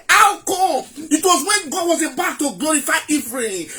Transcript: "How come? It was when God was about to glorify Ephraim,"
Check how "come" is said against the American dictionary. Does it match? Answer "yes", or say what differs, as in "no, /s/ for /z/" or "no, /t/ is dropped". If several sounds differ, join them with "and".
no, /m/ is dropped